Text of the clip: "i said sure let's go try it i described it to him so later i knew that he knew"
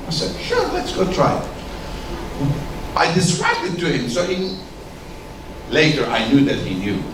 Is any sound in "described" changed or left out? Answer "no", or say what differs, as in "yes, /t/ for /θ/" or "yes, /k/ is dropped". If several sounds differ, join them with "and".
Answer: yes, /k/ is dropped